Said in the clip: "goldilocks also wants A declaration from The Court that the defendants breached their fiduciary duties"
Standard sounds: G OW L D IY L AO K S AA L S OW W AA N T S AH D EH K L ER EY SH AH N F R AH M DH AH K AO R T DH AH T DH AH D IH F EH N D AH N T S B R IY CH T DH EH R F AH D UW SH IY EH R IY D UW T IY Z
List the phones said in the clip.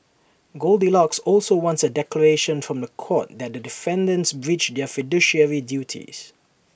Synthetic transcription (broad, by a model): G OW L D IY L AO K S AA L S OW W AA N T S AH D EH K L ER EY SH AH N F R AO M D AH K AO T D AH T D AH D IH F EH N D AH N T S B R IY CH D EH F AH D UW SH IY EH R IY D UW T IY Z